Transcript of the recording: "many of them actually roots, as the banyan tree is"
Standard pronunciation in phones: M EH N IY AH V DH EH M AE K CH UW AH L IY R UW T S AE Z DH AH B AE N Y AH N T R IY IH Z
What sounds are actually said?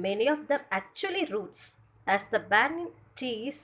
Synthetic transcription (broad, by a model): M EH N IY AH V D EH M AE K CH UW AH L IY R UW T S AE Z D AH B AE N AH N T IY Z